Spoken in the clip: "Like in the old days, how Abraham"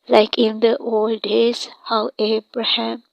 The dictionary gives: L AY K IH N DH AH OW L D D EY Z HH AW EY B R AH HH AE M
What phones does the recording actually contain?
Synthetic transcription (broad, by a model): L AY K IH N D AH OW L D D EY S HH AW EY B R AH HH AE M